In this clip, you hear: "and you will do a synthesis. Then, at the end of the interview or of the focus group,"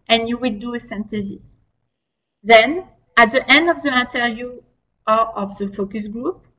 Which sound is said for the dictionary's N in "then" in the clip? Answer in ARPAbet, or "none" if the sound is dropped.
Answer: N